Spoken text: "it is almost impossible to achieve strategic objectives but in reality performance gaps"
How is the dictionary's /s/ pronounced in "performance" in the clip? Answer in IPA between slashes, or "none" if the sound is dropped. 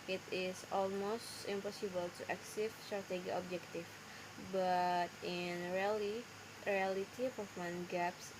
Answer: none